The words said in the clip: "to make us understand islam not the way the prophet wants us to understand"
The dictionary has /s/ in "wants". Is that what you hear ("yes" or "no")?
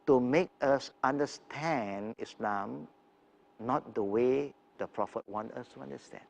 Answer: no